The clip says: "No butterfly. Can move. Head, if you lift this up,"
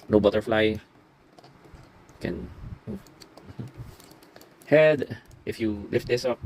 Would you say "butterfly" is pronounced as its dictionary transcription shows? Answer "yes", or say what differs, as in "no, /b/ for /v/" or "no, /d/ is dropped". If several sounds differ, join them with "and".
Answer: yes